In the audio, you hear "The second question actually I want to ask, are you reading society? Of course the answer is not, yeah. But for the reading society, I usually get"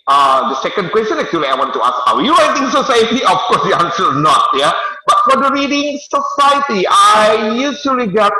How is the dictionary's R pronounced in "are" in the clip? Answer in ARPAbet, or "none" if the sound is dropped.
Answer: W